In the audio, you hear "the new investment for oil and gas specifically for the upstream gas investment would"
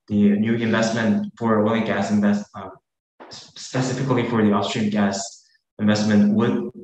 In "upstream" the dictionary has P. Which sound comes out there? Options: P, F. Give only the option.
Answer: F